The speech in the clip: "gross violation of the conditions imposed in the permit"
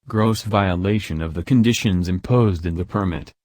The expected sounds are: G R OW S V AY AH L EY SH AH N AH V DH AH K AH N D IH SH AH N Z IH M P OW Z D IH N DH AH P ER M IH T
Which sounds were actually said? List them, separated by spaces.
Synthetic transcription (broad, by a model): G R OW S V AY AH L EY SH AH N AH V DH AH K AH N D IH SH AH N Z IH M P OW Z D IH N DH AH P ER M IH T